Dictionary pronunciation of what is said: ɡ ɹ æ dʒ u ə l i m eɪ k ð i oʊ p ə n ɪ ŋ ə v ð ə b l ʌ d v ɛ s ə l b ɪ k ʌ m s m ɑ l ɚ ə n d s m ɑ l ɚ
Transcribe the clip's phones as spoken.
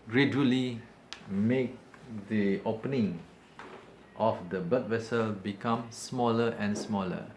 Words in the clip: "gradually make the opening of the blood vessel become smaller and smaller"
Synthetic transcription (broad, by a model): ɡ ɹ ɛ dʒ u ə l i m eɪ k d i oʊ p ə n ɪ ŋ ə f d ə b ʌ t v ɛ s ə l b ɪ k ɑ m s m ɑ l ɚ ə n s m ɑ l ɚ